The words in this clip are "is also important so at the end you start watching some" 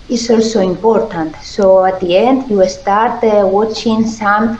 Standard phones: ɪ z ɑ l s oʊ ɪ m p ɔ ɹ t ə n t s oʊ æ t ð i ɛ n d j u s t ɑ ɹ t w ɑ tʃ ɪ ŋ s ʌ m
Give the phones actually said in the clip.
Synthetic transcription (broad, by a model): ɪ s ɑ l s oʊ ɪ m p ɔ ɹ t ə n t s oʊ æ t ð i ɛ n d j u s t ɑ ɹ t w ɑ tʃ ɪ ŋ s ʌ m